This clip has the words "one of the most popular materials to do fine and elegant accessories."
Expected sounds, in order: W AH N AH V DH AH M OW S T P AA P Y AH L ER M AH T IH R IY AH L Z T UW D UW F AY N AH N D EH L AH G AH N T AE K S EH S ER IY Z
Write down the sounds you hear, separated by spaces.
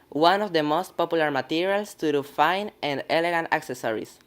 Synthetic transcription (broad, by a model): W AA N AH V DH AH M OW S T P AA P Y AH L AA M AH T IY R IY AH L S T UW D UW F AY N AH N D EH L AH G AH N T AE K S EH S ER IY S